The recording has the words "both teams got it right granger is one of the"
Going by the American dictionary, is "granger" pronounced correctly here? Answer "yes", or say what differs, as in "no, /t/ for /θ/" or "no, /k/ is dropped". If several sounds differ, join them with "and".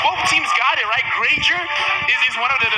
no, /n/ is dropped